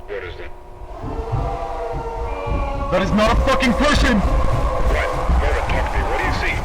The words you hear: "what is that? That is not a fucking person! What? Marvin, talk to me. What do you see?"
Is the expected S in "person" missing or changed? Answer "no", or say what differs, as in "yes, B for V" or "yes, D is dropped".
yes, SH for S